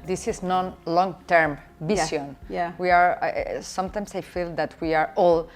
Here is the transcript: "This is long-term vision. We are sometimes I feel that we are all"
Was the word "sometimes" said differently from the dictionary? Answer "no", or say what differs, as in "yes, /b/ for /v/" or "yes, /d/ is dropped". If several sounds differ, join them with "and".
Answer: yes, /s/ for /z/